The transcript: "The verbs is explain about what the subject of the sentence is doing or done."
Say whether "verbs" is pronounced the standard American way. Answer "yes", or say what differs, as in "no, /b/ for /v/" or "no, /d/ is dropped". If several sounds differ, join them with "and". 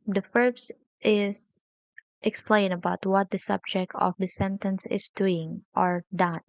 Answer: no, /f/ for /v/